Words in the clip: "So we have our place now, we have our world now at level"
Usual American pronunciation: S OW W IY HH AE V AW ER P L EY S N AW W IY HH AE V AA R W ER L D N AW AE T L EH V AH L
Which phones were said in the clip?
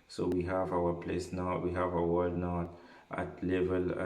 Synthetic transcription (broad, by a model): S OW W IY HH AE V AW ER P L EY S N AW W IY HH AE V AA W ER D N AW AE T L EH V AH L